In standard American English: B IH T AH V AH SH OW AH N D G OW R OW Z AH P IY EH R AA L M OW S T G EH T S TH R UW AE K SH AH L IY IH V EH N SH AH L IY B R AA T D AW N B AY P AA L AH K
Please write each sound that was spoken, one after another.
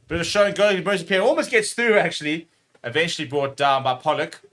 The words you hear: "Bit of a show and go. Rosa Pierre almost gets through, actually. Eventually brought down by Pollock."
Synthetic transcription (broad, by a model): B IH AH AH SH OW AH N G OW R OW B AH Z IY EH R AA L M OW S T G EH T S TH R UW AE K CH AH L IY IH V EH N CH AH L IY B R AA T D AW N B AY P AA L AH K